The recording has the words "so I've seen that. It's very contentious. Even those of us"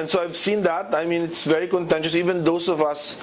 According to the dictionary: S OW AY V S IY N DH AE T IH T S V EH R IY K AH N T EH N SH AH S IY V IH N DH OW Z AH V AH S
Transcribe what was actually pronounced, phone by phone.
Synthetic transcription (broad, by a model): S OW AY V S IY N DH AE T IH T S V EH R IY K AH N T EH N SH AH S IY V IH N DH OW S AH V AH S